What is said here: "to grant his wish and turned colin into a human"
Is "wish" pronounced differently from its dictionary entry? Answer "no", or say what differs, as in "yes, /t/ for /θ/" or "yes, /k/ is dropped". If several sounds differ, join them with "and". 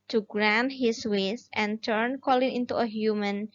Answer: yes, /s/ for /ʃ/